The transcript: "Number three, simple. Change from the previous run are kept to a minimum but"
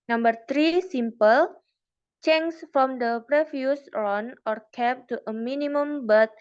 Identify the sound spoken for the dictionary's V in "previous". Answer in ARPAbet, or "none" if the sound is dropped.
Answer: F